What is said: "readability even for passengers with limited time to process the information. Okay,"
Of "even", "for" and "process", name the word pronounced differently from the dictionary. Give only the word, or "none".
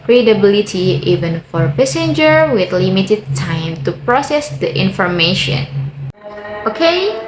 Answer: none